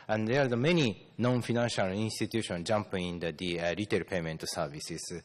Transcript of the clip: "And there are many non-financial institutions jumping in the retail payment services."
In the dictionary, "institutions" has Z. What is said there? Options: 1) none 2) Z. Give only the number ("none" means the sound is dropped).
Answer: 1